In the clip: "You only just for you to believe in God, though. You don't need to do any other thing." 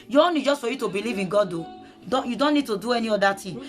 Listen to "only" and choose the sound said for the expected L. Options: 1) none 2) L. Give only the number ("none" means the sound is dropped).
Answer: 1